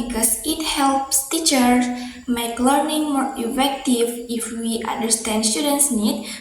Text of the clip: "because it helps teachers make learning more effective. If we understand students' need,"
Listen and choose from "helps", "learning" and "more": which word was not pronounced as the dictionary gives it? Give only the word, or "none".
none